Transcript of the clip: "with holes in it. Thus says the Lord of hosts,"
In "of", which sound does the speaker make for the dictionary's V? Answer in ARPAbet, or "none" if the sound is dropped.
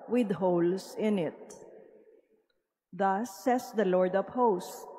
P